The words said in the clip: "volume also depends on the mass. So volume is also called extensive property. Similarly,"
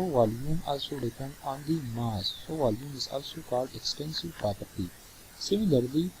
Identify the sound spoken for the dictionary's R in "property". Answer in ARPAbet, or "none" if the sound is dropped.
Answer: R